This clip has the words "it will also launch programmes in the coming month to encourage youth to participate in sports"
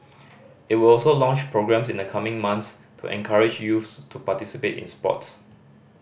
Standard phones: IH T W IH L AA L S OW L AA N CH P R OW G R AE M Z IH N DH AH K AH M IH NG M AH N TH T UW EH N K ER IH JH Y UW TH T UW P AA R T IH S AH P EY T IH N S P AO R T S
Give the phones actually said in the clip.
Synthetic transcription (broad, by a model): IH T W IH L AA L S OW L AA N CH P R OW G R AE M S IH N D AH K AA M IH NG M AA N S T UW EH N K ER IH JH Y UW S T UW P AA T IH S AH P EY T IH N S P AO T S